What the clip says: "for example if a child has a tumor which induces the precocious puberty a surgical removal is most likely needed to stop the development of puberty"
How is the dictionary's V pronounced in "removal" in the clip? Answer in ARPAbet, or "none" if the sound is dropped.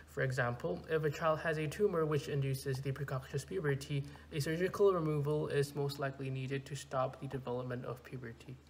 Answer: V